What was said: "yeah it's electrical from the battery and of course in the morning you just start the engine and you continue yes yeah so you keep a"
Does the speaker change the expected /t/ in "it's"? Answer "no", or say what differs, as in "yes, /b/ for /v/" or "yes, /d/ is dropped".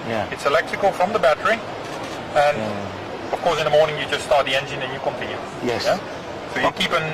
no